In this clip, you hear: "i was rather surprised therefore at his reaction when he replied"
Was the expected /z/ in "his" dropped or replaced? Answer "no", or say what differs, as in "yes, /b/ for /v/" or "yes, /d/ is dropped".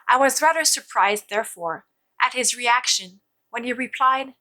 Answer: no